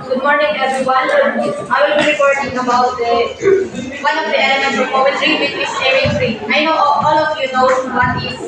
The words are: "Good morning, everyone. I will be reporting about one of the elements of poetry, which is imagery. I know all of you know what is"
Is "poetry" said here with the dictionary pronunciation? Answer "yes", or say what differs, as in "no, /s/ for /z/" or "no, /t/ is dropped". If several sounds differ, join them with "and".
no, /ɹ/ is dropped